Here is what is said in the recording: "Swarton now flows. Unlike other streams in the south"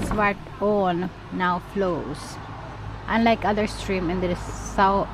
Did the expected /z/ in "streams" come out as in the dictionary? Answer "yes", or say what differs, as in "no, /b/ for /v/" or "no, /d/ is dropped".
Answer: no, /z/ is dropped